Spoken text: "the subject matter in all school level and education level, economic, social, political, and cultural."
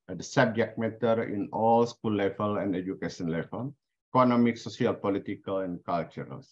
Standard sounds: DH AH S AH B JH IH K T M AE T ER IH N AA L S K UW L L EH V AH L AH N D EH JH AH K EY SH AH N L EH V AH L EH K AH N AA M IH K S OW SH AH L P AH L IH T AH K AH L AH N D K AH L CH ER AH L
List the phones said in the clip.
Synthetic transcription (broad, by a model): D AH S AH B JH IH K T M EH T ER IH N AA L S K UW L L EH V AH L AH N D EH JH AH K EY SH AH N L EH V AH L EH K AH N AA M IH K S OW S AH L P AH L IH T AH K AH L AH N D K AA L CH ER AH L